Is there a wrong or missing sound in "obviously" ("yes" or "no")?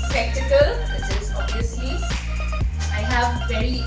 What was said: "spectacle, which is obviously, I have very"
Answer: yes